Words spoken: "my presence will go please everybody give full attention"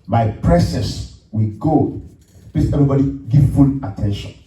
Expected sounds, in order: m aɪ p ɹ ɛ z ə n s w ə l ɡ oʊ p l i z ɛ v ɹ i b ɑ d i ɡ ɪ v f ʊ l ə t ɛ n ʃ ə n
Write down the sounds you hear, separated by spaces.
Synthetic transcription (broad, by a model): m aɪ p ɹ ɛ s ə s w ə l ɡ oʊ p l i s ɛ v ɹ i b ɑ d i ɡ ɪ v f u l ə t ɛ n ʃ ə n